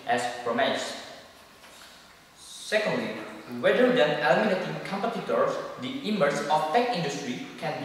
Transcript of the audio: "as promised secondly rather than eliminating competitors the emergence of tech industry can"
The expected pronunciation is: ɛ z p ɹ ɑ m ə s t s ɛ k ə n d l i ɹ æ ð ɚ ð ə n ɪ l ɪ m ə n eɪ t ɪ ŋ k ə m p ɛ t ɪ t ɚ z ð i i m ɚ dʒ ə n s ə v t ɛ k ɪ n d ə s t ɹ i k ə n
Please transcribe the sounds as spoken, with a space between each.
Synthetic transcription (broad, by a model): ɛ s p ɹ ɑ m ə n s s ɛ k ə n d l i w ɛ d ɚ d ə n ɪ l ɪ m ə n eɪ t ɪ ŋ k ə m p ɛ t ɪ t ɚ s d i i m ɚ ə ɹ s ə f t ɛ k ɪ n d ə s t ɹ i k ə n